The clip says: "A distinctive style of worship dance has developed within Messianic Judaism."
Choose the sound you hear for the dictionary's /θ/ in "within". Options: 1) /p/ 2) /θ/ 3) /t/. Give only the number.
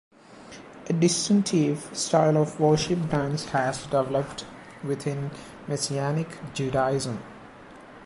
3